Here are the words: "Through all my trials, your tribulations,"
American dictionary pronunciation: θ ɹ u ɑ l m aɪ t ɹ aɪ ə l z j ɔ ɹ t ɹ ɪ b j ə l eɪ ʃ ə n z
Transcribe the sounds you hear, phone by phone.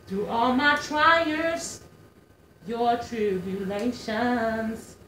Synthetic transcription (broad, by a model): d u ɑ l m aɪ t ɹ aɪ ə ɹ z j ɔ ɹ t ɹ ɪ b j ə l eɪ ʃ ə n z